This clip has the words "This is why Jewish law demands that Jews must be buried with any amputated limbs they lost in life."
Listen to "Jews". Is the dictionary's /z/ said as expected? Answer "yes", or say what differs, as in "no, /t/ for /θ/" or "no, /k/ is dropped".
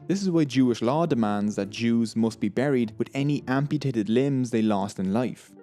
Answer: yes